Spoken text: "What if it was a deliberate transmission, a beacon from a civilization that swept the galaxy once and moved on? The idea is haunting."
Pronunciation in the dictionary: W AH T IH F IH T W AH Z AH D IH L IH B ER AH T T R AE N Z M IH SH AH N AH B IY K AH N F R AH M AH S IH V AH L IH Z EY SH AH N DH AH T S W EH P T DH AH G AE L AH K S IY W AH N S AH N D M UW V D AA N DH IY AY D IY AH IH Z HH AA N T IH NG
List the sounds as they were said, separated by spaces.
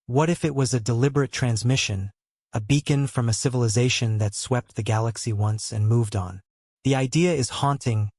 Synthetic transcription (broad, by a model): W AH T IH F IH T W AH Z AH D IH L IH B ER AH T T R AE N Z M IH SH AH N AH B IY K AH N F R AH M AH S IH V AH L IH Z EY SH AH N DH AH T S W EH P T DH AH G AE L AH K S IY W AH N S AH N M UW V D N DH IY AY D IY AH IH Z HH AA N T IH NG